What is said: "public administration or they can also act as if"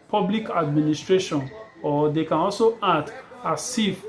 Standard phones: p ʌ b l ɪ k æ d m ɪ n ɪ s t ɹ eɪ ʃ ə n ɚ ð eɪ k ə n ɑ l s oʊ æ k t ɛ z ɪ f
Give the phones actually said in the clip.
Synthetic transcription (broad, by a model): p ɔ b l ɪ k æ d m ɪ n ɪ s t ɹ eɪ ʃ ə n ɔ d eɪ k ə n ɑ l s oʊ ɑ t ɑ s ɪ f